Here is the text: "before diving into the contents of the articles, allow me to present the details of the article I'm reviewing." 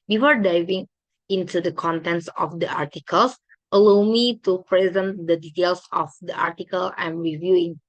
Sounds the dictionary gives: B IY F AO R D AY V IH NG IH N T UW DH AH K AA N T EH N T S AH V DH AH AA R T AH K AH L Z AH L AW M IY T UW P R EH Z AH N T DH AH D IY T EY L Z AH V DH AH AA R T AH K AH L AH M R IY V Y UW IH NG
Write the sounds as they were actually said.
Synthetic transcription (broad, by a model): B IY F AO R D AY V IH NG IH N T UW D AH K AA N T EH N T S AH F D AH AA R T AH K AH L S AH L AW M IY T UW P R EH Z AH N T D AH D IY T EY L S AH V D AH AA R T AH K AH L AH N R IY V Y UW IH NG